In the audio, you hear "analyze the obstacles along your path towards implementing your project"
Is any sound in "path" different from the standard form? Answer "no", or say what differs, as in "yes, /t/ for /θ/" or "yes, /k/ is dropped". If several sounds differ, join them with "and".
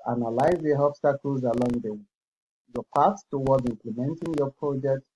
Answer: yes, /s/ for /θ/